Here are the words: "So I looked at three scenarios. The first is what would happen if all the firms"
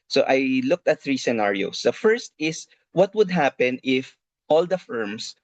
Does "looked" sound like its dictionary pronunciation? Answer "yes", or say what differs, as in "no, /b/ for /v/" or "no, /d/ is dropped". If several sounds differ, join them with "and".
yes